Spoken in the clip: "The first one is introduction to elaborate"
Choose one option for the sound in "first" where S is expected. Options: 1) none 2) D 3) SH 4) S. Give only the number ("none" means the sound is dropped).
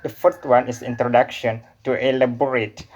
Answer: 1